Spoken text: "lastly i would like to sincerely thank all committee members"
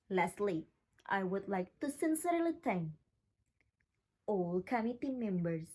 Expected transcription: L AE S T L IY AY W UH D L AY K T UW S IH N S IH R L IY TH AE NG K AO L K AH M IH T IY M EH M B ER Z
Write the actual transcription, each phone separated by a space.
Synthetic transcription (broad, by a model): L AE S L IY AY W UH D L AY K T UW S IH N S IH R L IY T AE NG AO L K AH M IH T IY M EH M B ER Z